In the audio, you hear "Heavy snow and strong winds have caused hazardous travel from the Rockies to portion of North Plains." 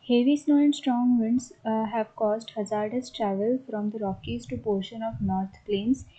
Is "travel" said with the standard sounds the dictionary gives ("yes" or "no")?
yes